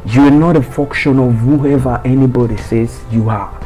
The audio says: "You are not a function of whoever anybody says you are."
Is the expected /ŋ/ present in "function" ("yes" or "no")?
no